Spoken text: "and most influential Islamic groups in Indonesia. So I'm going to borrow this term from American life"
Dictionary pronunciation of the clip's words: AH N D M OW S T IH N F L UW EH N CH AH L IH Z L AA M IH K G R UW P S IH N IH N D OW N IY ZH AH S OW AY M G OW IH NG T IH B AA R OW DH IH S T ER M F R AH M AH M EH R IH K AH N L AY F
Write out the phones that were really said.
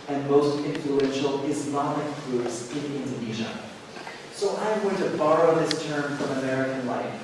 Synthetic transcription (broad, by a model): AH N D M OW S T IH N F L UW EH N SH L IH Z N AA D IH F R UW S IH N IH N D OW N IY ZH AH S OW AY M G OW IH NG T IH B AA R OW DH IH S T ER M F R AH M AH M EH R IH K AH N L AY F